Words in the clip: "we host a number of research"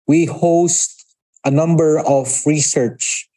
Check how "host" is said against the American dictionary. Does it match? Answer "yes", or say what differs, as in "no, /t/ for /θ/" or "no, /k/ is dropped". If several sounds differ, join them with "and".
yes